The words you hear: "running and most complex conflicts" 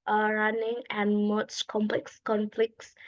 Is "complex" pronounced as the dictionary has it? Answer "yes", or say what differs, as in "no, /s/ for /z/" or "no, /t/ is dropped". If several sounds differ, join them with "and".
yes